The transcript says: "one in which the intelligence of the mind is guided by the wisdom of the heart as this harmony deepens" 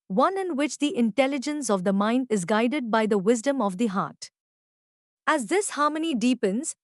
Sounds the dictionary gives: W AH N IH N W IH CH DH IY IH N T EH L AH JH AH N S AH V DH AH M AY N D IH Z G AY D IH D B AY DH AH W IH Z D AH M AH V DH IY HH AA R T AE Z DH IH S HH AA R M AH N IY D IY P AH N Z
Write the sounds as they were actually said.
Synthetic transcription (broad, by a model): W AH N IH N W IH CH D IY IH N T EH L AH JH AH N S AH V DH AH M AY N D IH Z G AY D IH D B AY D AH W IH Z D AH M AH V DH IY HH AA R T AE Z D IH S HH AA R M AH N IY D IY P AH N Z